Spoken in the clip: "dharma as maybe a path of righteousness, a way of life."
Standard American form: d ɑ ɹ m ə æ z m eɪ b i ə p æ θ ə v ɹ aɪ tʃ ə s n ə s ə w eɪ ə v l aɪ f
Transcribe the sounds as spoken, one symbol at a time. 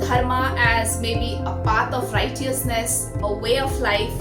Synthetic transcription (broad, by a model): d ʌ ɹ m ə æ z m eɪ b i ə p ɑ t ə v ɹ aɪ tʃ ə s n ə s ə w eɪ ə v l aɪ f